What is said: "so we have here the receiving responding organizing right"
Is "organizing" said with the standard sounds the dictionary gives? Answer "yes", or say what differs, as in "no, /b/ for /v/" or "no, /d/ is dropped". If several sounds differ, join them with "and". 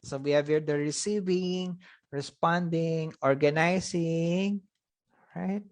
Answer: no, /s/ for /z/